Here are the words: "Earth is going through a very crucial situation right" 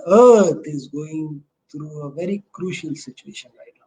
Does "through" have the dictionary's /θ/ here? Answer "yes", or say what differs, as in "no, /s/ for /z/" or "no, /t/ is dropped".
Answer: no, /t/ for /θ/